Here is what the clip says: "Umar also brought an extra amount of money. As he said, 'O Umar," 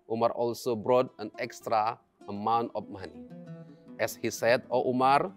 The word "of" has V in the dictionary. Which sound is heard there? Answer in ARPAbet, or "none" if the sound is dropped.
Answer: P